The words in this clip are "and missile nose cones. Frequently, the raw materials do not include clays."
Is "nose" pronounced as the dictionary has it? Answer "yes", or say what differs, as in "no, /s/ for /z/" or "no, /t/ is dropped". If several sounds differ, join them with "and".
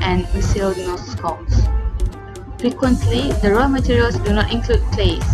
no, /z/ is dropped